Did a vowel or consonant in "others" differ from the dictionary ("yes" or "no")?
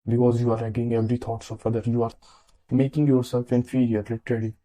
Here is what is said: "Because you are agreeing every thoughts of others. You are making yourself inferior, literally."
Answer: yes